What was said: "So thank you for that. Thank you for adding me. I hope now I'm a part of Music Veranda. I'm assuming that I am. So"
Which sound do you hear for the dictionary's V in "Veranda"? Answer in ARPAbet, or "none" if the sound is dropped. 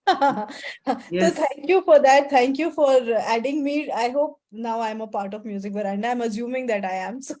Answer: B